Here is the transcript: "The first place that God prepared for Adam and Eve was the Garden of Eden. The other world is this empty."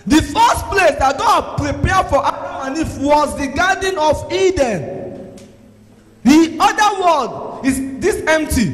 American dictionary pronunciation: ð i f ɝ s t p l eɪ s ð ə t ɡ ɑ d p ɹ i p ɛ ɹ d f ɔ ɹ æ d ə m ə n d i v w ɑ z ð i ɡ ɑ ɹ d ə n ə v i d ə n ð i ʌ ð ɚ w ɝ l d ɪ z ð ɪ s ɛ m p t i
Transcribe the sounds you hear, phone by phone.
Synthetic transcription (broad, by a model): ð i f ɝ s t p l eɪ s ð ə t ɡ ɑ d p ɹ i p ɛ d f ɔ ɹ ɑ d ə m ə n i f w ɑ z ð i ɡ ɑ d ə n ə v i d ə n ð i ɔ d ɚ w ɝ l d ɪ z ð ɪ s ɛ m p t i